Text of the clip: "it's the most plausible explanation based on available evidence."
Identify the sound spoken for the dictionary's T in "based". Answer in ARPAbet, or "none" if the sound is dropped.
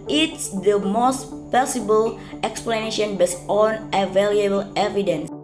none